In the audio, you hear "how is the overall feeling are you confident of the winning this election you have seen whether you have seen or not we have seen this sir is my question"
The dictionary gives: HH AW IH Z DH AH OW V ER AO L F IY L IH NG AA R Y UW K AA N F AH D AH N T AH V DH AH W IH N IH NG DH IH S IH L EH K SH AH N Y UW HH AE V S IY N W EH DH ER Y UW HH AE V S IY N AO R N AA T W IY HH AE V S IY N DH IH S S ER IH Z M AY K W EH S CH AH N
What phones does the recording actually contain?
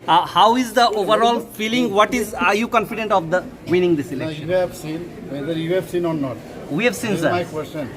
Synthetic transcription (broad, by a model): HH AW IH Z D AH OW V ER AO L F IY L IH NG AA R Y UW K AA N F AH D AH N T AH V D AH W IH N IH NG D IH S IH L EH SH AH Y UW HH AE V S IY N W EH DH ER Y UW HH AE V S IY N AO R N AA T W IY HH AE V S IY N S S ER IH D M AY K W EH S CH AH N